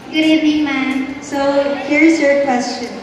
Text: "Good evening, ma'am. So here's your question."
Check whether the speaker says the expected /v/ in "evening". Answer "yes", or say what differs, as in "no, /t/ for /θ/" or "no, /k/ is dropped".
no, /v/ is dropped